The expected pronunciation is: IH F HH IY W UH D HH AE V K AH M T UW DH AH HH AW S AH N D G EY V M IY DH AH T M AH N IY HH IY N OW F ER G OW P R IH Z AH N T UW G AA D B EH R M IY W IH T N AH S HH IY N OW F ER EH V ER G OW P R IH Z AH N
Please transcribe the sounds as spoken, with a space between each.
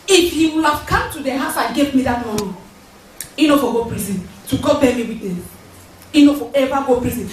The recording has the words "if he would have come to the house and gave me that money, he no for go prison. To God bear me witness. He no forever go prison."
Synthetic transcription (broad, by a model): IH F HH IY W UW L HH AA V K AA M T UW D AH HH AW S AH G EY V M IY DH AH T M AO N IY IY N OW F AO G OW P R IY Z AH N T UW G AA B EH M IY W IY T AH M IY N OW F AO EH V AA G OW P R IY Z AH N